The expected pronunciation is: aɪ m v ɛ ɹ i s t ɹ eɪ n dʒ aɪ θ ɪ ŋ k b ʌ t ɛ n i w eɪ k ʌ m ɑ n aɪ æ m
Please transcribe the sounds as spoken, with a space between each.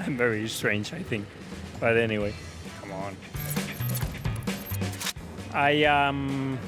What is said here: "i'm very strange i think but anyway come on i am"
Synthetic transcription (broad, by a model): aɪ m v ɛ ɹ i s t ɹ eɪ n dʒ aɪ θ ɪ ŋ k b ʌ t ɛ n i w eɪ k ʌ m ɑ n aɪ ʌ m